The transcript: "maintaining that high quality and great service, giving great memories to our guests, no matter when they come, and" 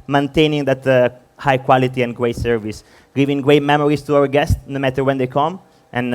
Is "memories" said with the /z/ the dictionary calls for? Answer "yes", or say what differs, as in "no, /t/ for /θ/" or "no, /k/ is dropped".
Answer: no, /s/ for /z/